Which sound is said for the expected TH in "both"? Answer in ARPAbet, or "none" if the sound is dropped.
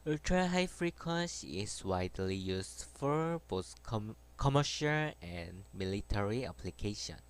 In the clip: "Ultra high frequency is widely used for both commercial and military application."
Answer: S